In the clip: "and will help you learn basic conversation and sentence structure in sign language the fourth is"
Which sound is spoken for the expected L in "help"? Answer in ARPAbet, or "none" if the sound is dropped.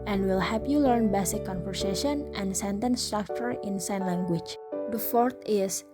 none